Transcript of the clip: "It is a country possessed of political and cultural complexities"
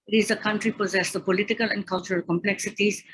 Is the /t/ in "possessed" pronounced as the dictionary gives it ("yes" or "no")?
no